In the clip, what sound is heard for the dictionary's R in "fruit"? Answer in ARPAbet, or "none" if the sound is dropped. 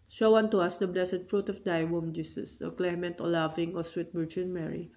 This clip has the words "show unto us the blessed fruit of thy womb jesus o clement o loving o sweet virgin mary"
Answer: R